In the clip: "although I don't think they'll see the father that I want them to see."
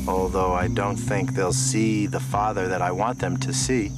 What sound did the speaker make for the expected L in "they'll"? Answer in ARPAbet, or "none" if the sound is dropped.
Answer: L